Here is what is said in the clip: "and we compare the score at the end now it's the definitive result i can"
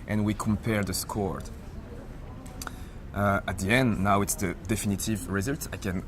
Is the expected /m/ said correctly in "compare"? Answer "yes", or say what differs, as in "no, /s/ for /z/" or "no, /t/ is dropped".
yes